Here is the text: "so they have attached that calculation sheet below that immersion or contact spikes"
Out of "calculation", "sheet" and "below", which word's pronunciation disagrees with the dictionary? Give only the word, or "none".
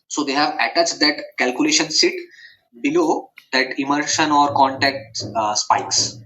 sheet